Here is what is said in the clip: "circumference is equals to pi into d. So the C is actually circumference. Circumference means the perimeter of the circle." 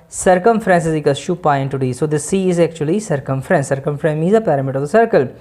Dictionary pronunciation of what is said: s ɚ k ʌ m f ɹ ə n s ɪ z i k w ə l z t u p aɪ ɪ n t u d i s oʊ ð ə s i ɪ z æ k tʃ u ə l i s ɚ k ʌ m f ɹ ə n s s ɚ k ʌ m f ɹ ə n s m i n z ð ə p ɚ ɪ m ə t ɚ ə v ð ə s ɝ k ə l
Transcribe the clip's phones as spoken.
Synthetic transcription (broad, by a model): s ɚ k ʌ m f ɹ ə n s ɪ z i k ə z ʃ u p aɪ ɪ n t u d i s oʊ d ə s i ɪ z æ k tʃ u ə l i s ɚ k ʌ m f ɹ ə n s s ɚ k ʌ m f ɹ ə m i z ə p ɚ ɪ m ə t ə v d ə s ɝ k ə l